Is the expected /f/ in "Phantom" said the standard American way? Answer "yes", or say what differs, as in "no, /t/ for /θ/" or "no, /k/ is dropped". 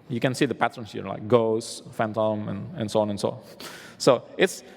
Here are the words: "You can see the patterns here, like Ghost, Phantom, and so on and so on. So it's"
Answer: yes